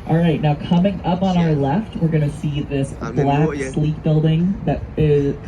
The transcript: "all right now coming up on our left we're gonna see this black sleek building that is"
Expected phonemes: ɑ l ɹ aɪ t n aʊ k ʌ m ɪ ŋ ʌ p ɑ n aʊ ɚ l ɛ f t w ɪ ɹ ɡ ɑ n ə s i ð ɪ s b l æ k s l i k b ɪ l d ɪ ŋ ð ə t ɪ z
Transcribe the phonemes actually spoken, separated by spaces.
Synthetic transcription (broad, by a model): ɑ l ɹ aɪ t n aʊ k ʌ m ɪ ŋ ʌ p n aʊ ɚ l ɛ f t w ɪ ɹ ɡ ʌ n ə s i ð ɪ s b l æ k s l i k b ɪ l d ɪ ŋ ð ə t ɪ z